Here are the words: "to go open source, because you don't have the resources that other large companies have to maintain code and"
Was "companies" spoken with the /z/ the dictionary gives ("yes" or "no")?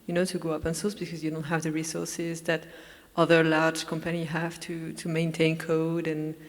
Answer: no